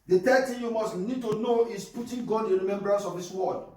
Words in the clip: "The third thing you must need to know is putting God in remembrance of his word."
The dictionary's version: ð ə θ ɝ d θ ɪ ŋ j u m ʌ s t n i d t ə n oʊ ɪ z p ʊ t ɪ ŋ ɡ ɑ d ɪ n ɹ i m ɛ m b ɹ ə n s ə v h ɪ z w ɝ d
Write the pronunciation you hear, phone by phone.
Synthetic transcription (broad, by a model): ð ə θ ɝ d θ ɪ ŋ j u m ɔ s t n i d t ə n oʊ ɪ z p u t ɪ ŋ ɡ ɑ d ɪ n ɹ i m ɛ m b ɹ ə n s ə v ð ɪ s w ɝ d